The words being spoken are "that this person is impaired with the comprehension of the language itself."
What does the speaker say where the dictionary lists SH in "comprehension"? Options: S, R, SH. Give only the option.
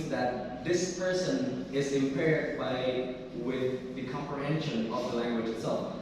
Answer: SH